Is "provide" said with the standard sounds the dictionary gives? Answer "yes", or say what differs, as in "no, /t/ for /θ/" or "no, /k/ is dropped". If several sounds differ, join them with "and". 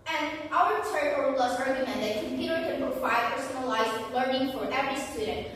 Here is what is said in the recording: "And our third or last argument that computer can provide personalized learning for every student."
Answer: no, /ɹ/ is dropped and /f/ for /v/